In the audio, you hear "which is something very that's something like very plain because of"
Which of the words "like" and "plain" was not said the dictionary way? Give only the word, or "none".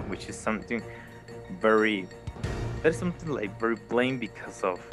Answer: plain